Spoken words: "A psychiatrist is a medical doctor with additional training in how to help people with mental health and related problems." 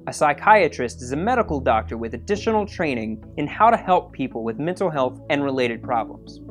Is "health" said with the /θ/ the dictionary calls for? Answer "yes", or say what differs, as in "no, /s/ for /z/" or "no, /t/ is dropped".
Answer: yes